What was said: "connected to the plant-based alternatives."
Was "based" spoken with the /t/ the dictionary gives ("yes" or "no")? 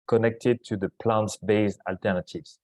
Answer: no